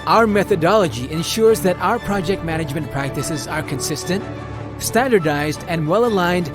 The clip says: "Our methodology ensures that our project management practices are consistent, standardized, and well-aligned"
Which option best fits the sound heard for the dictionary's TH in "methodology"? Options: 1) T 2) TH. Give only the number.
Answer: 2